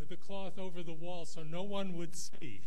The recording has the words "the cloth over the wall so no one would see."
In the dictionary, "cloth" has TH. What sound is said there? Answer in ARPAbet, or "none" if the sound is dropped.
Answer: TH